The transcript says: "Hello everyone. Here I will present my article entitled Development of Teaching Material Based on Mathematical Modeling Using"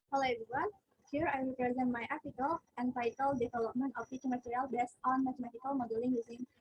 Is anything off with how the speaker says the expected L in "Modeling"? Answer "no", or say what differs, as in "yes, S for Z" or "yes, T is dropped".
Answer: no